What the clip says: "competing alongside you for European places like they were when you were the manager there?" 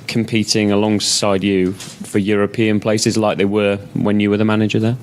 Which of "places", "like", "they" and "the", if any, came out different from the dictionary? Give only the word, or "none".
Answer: none